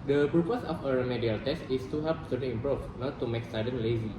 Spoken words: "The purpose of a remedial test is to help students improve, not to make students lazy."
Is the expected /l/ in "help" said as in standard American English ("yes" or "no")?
no